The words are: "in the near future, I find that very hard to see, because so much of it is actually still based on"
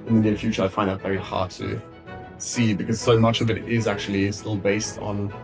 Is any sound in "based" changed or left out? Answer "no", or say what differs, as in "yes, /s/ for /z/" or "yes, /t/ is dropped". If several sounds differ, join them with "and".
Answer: no